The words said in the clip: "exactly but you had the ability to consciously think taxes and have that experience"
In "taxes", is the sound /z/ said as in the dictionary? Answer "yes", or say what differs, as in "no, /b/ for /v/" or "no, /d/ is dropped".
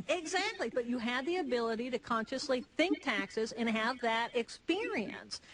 yes